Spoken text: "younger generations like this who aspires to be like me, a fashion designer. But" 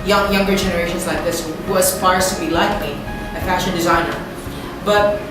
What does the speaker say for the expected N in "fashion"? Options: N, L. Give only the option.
N